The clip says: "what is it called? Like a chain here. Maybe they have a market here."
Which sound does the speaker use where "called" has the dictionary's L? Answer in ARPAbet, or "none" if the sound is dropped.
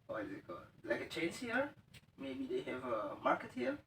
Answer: none